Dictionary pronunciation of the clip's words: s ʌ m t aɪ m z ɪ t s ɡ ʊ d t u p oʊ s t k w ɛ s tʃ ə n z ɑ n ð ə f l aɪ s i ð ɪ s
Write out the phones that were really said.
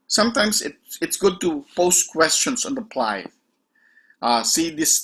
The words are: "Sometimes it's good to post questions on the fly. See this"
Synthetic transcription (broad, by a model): s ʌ m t aɪ m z ɪ t s ɡ ʊ d t u p oʊ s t k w ɛ s tʃ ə n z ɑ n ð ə p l aɪ s i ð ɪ s